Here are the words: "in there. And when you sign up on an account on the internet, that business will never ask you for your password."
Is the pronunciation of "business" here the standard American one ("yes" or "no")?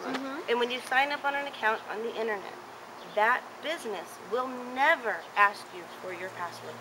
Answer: yes